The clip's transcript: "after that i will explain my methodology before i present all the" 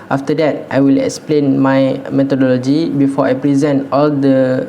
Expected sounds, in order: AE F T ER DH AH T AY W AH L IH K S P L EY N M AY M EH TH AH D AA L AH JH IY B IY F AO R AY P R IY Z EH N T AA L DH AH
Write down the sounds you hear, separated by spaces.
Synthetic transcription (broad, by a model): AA F T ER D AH T AY W AH L IH K S P L EY N M AY M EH T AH D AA L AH JH IY B IY F AO AY P R IY Z EH N T AA L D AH